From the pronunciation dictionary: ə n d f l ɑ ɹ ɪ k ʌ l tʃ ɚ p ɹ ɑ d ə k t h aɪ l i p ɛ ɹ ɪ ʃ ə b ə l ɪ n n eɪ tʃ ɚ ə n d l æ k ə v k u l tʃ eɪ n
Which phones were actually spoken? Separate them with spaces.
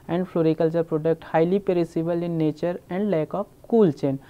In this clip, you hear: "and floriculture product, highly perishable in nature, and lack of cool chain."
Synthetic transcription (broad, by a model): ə n d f l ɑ ɹ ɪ k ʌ l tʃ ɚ p ɹ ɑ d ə k t h aɪ l i p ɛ ɹ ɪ s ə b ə l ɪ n n eɪ tʃ ɚ ə n d l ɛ k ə p k u l tʃ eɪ n